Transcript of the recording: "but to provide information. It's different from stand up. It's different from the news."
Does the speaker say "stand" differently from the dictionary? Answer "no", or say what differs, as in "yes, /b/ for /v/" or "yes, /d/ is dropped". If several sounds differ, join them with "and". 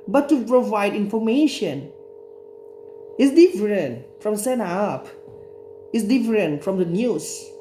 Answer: yes, /d/ is dropped